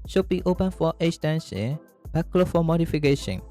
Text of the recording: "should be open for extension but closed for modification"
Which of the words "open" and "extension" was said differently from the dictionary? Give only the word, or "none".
extension